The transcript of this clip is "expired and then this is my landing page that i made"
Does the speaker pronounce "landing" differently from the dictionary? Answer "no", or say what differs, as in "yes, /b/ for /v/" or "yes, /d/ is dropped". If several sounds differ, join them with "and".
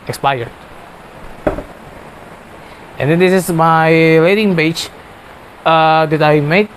yes, /n/ is dropped